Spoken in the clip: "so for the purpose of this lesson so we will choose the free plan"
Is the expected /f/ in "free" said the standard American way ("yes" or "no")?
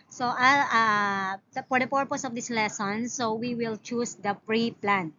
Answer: no